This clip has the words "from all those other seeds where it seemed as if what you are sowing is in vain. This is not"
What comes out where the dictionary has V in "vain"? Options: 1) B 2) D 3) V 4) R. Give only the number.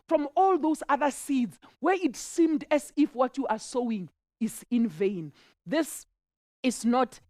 3